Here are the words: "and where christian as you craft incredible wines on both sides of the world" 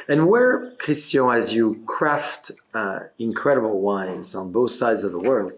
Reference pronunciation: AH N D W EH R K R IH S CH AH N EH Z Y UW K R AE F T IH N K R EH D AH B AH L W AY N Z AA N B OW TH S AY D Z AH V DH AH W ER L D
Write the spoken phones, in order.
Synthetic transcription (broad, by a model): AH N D W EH R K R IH S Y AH IH Z Y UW K R AE F T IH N K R EH D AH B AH L W AY N Z N B OW TH S AY D Z AH V DH AH W ER L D